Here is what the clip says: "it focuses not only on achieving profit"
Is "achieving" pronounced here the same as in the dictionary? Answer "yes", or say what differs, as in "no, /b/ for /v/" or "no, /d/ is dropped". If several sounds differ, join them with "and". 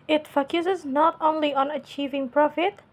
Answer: yes